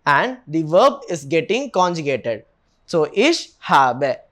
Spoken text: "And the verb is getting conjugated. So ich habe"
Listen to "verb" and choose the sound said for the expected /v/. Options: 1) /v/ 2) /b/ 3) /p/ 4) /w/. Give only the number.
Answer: 1